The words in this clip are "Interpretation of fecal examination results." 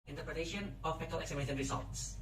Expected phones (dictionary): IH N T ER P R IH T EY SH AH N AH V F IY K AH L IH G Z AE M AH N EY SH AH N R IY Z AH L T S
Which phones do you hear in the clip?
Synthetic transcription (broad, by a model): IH N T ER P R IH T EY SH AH N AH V P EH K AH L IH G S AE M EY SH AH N R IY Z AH L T S